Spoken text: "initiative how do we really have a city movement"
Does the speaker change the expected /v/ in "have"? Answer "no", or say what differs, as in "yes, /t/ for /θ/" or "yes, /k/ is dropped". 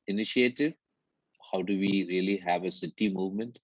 no